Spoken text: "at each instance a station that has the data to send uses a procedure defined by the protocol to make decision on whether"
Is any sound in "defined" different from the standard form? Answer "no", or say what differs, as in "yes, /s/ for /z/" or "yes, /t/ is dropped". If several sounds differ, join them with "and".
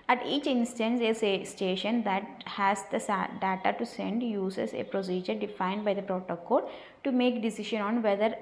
no